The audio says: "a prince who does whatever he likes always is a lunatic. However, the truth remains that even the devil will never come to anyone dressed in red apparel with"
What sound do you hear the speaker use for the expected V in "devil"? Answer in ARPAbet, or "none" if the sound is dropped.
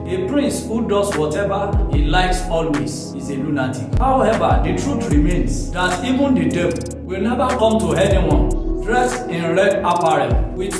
B